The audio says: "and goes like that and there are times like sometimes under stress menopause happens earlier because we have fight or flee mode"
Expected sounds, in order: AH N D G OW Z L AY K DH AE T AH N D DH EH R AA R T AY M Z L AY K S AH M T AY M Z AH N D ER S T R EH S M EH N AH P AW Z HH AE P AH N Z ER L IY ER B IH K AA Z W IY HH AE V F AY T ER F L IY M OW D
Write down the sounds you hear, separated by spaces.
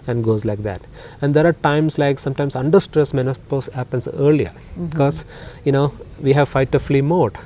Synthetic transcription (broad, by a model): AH N D G OW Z L AY K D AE T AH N D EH R AA R T AY M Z L AY K S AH M T AY M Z AH N D ER S T R EH S M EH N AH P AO S HH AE P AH N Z ER L IY ER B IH K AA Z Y IY HH AE V F AY T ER F L IY M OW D